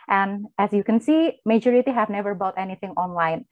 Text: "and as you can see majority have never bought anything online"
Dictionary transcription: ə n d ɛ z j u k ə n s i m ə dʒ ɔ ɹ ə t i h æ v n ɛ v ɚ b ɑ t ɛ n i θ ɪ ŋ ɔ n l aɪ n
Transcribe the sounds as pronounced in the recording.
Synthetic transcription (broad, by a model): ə n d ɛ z j u k ə n s i m ə dʒ ɔ ɹ ə t i h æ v n ɛ v ɚ b ɑ t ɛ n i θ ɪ ŋ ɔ n l aɪ n